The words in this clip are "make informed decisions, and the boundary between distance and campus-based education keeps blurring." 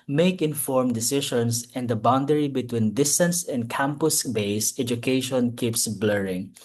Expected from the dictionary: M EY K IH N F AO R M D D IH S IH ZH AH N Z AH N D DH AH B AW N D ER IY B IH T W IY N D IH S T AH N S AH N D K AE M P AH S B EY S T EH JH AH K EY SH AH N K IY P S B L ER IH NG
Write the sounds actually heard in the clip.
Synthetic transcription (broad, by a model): M EY K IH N F AO R M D D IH S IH SH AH N S AH N D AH B AW N D ER IY B IH T W IY N D IH S T AH N S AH N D K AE M P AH S B EY S EH JH AH K EY SH AH N K IY P S B L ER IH NG